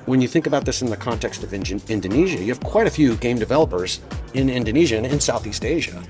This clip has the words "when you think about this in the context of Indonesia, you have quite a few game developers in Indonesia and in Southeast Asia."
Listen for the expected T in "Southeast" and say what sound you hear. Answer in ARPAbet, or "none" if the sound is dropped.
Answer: T